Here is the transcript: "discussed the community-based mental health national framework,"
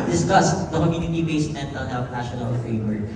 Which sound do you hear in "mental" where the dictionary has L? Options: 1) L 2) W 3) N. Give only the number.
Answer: 3